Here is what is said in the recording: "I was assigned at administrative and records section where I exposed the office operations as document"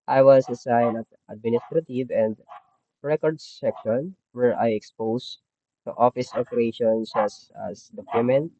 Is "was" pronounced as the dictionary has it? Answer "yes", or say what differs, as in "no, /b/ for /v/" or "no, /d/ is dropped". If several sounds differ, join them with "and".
no, /s/ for /z/